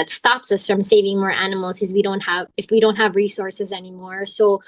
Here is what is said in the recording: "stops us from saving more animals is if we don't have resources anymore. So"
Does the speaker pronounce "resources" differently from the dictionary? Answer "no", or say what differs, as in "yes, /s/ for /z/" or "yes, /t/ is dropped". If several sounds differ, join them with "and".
no